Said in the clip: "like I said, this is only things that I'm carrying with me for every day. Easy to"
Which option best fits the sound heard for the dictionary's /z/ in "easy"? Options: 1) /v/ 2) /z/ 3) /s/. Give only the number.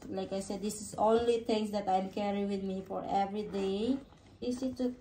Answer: 3